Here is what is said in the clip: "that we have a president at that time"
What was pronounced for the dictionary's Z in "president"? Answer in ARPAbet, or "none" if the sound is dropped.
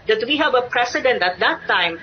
S